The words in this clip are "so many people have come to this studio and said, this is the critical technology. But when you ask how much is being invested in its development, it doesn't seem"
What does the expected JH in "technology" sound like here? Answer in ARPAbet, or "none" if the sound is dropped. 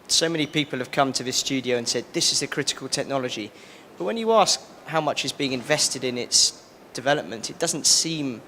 JH